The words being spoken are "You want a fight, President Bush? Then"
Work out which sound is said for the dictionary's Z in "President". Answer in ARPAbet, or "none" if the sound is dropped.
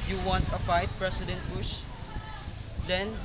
S